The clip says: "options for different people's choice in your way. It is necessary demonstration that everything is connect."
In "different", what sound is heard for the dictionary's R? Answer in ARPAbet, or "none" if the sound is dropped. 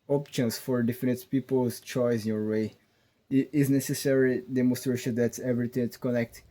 none